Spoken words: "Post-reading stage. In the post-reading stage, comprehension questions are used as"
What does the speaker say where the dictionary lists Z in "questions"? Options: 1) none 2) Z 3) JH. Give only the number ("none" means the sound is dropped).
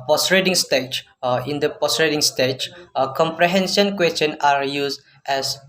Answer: 1